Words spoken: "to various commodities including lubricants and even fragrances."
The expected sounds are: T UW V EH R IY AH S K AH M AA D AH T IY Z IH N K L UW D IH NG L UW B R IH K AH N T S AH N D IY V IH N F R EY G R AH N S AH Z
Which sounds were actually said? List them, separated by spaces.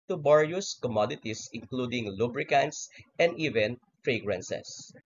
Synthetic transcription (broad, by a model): T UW B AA R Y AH S K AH M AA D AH T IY S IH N K L UW D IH NG L UW B R IH K AH N T S AH N D IY V IH N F R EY G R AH N S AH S